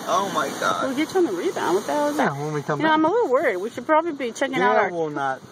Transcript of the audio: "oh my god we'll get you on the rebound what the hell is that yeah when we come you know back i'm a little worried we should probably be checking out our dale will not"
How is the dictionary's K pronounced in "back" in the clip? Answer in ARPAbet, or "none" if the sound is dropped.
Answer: none